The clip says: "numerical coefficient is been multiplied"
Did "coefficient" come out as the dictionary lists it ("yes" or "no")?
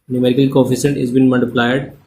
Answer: no